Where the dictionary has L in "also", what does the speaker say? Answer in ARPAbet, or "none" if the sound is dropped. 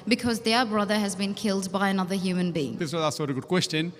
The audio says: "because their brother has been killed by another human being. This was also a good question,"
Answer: none